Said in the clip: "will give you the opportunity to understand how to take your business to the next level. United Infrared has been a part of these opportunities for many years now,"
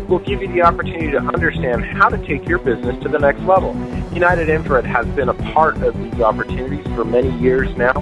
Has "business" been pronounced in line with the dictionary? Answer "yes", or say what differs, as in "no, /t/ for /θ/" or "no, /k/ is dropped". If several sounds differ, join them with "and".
yes